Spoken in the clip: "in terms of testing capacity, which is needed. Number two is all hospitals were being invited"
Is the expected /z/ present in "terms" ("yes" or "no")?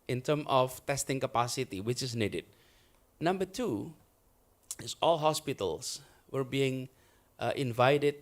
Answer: no